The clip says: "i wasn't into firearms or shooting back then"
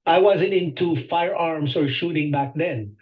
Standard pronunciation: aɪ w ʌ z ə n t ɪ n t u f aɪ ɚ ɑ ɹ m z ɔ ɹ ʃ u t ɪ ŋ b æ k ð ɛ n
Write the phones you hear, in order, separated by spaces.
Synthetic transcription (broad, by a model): aɪ w ʌ z ə n t ɪ n t u f aɪ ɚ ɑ ɹ m s ɔ ɹ ʃ u t ɪ ŋ b æ k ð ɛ n